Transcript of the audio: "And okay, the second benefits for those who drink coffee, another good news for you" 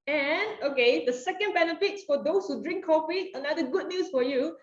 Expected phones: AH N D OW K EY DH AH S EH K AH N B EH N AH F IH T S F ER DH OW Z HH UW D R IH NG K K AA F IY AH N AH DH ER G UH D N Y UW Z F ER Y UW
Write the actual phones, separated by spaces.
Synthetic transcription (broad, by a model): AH N OW K EY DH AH S EH K AH N B EH N AH F IH T S F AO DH OW S HH UW D R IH NG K K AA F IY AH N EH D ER G UH D N Y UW S F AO Y UW